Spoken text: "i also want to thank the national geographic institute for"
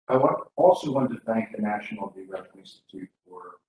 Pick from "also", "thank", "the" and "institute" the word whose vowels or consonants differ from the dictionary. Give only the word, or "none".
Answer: none